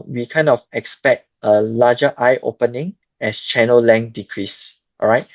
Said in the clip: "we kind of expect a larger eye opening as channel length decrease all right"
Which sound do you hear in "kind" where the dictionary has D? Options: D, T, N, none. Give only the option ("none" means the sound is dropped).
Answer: none